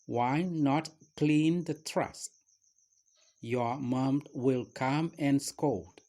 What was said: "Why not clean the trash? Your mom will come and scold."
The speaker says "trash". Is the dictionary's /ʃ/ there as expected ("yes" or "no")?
no